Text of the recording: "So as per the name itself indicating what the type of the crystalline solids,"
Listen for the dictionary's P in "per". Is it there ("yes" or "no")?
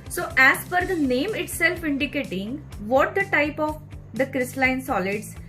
no